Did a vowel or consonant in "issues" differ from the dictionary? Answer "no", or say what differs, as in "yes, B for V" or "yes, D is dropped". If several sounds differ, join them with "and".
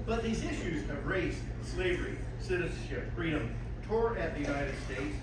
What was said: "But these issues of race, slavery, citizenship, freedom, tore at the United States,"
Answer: no